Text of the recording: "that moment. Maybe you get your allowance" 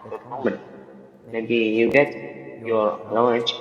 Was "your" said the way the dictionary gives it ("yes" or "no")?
no